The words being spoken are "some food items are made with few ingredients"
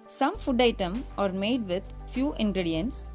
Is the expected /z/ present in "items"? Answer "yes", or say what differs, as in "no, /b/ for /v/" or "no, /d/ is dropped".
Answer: no, /z/ is dropped